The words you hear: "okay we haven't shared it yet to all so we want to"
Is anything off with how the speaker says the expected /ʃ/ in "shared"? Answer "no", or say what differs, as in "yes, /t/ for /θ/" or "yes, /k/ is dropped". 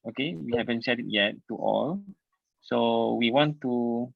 yes, /s/ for /ʃ/